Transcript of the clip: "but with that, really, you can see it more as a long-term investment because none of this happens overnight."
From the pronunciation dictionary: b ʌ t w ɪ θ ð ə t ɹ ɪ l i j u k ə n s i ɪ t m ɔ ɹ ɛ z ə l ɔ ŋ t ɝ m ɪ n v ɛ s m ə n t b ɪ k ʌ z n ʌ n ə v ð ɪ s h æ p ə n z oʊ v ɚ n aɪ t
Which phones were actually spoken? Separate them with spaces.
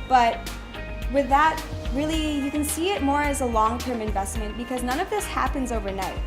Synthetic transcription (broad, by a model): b ʌ t w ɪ ð ə t ɹ ɪ l i j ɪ k ə n s i ɪ t m ɔ ɹ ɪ z ə l ɔ ŋ t ɝ m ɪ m v ɛ s m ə n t b ɪ k ʌ z n ʌ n ə v ð ɪ s h æ p ə n z oʊ v ɚ n aɪ t